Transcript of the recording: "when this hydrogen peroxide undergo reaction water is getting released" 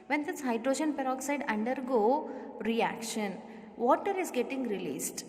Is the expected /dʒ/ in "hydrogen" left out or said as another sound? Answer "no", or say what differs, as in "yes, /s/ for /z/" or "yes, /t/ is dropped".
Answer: no